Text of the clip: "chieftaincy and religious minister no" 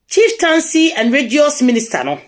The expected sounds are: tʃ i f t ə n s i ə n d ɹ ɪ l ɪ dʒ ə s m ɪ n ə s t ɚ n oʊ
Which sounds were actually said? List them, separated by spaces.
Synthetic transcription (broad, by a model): tʃ i f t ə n s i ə n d ɹ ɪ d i ə s m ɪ n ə s t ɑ n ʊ